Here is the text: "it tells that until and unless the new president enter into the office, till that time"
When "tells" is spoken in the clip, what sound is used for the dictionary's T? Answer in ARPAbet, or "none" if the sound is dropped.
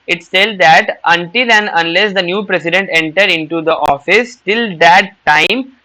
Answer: S